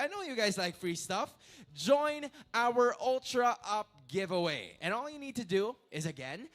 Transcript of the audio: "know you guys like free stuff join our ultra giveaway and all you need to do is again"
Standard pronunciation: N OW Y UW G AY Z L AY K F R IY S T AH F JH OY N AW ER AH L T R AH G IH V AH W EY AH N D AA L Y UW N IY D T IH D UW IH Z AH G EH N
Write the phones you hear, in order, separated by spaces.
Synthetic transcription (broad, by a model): N OW Y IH G AY Z L AY K F R IY S T AH F JH OY N AW ER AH L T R AH G IH V AH W EY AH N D AA L Y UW N IY D T IH D UW IH Z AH G EH N